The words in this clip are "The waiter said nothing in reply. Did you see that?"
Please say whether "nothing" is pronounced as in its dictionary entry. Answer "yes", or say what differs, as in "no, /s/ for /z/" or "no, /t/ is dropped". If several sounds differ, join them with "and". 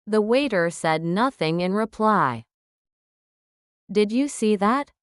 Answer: yes